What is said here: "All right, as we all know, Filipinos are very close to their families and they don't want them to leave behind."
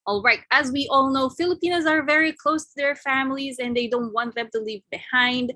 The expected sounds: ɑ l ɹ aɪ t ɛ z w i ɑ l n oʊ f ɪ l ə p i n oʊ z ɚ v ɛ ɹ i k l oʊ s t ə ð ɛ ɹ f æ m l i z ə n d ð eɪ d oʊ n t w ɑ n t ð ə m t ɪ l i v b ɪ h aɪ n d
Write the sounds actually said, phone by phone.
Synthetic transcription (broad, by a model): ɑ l ɹ aɪ t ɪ z w i ɑ l n oʊ f ɪ l ə p i n oʊ z ɚ v ɛ ɹ i k l oʊ s t ə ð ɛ ɹ f æ m l i z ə n ð eɪ d oʊ n t w ɑ n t ð ə m t ɪ l i v b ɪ h aɪ n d